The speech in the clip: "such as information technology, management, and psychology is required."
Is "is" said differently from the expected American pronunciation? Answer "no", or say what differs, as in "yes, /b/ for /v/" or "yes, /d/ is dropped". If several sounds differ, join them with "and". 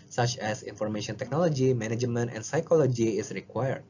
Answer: yes, /s/ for /z/